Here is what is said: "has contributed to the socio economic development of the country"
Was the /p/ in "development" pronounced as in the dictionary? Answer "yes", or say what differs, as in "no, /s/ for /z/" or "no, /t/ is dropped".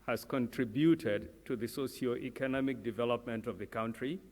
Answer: yes